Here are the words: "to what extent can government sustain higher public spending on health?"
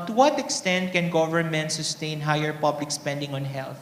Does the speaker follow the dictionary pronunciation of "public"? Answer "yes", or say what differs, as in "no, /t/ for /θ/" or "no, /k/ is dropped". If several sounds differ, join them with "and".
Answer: yes